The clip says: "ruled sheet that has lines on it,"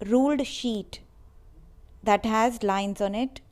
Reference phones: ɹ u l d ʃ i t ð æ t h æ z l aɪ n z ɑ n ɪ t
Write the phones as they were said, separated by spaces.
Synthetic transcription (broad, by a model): ɹ u l d ʃ i t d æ t h æ z l aɪ n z ɑ n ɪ t